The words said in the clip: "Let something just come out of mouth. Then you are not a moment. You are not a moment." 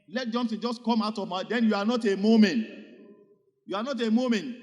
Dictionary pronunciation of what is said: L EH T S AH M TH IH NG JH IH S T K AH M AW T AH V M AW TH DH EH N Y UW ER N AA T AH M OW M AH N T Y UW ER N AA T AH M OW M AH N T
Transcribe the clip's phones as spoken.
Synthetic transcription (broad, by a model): L EH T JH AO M S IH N JH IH S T K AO M AW T AH V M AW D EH N Y UW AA N AA T AH M OW M AH N T Y UW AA N AA T AH M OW M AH N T